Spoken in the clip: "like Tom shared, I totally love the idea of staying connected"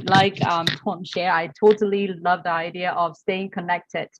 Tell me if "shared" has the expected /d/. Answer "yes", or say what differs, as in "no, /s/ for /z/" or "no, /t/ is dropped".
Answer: no, /d/ is dropped